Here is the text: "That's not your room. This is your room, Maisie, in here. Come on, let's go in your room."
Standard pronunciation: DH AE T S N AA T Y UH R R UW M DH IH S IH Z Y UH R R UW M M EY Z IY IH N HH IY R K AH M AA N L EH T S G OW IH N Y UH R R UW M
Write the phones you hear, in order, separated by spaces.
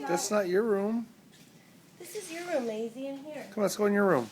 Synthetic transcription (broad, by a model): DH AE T S N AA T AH R R UW M DH IH S IH Z Y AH R R UW M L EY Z IY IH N HH IY R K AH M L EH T S G OW IH N Y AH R R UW M